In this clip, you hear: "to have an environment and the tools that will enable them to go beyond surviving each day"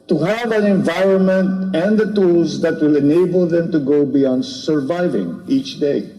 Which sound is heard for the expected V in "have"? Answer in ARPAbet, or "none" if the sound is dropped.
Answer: V